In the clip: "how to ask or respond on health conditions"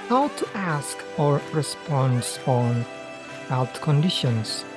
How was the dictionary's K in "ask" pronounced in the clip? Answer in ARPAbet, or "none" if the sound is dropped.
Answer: K